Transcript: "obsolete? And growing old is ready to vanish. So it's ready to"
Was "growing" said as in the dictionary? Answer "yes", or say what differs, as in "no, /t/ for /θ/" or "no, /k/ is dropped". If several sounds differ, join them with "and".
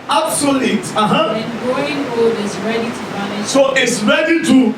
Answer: no, /ɹ/ is dropped